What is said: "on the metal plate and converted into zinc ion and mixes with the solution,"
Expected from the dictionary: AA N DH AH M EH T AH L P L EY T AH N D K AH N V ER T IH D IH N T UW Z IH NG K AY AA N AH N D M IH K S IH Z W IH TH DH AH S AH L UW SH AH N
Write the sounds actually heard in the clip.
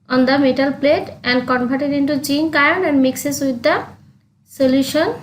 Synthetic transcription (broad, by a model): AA N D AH M EH T AH L P L EY T AH N D K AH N B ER T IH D IH N T UW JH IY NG K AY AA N AH N D M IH K S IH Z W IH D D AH S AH L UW SH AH N